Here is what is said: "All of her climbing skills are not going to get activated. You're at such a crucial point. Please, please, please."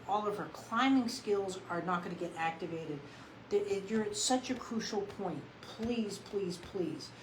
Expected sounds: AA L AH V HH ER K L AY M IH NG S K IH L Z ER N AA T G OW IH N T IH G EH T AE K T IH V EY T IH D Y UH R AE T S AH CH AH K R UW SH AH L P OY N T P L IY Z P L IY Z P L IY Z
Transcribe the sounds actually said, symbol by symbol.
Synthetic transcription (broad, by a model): AA L AH V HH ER K L AY M IH NG S K IH L Z ER N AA T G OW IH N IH G EH T AE K T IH V EY T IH D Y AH R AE T S AH CH AH K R UW SH L P OY N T P L IY Z P L IY Z P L IY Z